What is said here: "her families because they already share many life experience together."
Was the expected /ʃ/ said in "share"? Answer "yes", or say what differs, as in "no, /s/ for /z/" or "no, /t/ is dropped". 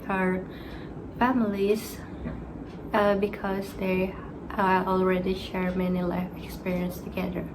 yes